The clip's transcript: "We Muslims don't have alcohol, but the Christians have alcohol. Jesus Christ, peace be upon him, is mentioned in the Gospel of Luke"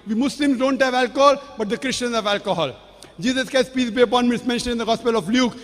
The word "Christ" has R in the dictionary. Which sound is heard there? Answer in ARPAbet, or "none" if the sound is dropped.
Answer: none